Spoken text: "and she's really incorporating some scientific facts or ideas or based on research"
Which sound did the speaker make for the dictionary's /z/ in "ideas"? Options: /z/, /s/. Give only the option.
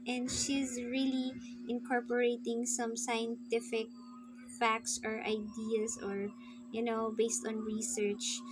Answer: /s/